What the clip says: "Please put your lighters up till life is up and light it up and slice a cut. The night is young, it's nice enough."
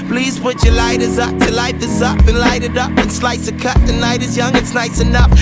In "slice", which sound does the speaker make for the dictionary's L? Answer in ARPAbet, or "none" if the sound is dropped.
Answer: L